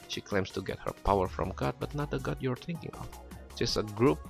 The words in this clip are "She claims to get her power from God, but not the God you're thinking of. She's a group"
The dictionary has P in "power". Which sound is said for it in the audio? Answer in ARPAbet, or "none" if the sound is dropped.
P